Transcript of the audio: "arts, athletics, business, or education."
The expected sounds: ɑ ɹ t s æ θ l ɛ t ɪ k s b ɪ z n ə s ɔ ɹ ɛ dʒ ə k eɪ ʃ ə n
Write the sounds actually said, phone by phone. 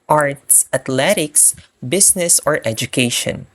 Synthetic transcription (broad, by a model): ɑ ɹ t s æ t l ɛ t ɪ k s b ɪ s n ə s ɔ ɹ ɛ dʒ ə k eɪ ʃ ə n